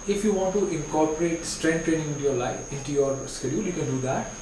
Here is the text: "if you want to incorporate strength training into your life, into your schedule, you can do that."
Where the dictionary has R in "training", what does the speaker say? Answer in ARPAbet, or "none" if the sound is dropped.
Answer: none